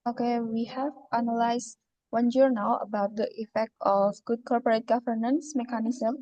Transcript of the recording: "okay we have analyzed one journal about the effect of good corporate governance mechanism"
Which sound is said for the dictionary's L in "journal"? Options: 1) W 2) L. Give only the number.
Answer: 1